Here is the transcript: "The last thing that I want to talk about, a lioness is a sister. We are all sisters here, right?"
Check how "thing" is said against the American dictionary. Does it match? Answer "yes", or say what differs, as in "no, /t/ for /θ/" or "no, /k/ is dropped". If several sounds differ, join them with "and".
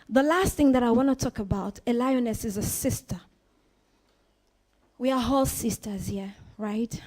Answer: yes